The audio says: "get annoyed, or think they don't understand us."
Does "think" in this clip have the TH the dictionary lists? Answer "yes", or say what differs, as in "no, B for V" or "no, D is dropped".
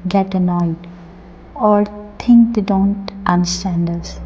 no, T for TH